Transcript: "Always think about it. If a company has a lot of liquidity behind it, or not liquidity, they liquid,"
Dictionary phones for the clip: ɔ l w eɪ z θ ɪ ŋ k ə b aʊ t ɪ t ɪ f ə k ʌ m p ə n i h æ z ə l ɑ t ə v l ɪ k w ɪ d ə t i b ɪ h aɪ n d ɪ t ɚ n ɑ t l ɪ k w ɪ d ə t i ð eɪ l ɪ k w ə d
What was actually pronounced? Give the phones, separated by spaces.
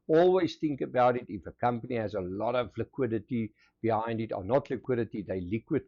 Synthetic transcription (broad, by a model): ɔ l w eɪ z θ ɪ ŋ k ə b aʊ t ɪ t ɪ f ə k ʌ m p ə n i h æ z ə l ɑ t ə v l ɪ k w ɪ d ə t i b ɪ h aɪ n d ɪ t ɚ n ɑ t l ɪ k w ɪ d ə t i ð eɪ l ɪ k w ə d